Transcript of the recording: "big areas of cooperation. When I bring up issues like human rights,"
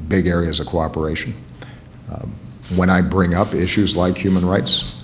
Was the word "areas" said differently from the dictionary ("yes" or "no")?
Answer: no